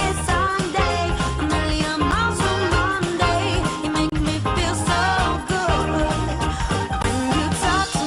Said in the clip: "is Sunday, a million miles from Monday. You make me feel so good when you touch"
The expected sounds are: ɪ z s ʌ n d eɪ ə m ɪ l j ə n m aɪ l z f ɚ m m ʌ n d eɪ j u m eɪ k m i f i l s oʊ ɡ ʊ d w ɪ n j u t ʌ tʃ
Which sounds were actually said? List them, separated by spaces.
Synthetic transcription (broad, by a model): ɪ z s ʌ n d eɪ ə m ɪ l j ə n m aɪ z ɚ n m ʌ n d eɪ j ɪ m eɪ k m i f i l s oʊ ɡ ʊ d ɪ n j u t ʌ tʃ